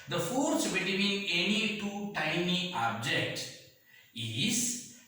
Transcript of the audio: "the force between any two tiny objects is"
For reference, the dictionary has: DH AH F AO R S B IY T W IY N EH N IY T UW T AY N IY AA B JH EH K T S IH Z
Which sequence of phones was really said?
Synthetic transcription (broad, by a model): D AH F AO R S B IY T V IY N EH N IY T UW T AY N IY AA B JH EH K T IH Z